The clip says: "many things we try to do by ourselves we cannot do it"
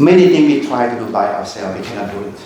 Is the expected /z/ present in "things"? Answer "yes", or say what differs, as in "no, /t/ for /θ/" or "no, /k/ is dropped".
no, /z/ is dropped